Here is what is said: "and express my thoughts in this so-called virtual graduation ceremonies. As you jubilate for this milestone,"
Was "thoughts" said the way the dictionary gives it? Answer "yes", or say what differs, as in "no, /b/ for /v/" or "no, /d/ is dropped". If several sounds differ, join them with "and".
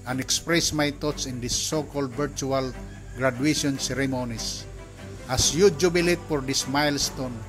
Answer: no, /t/ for /θ/